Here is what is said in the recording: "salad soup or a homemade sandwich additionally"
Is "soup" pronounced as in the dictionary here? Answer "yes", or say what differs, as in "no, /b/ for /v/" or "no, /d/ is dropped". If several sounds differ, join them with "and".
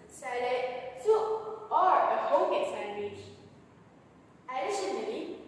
no, /p/ is dropped